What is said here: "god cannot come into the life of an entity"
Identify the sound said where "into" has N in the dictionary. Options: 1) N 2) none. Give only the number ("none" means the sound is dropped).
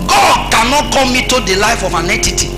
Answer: 2